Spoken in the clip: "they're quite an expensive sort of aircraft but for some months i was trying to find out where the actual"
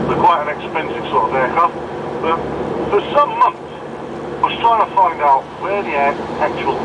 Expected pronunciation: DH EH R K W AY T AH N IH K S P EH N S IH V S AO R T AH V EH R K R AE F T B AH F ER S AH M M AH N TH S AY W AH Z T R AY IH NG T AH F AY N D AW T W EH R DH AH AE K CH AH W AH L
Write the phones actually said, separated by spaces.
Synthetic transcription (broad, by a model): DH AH K W AY T AH N IH K S P EH N S IH V S AO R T AH V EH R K AH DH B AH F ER S AH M M AH N TH S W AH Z T R AY IH NG T AH F AY N D AW T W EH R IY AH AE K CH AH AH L